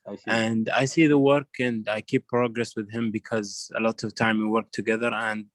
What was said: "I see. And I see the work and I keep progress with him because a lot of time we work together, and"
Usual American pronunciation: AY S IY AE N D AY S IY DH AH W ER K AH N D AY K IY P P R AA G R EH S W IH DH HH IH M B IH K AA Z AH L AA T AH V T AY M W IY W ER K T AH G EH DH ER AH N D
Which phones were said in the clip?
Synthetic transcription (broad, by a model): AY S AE N D AY S IY DH AH W ER K AH N D AY K IY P P R AA G R EH S W IH DH HH IH M B IH K AA Z AH L AA T AH V T AY M W IY W ER K T AH G EH DH ER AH N D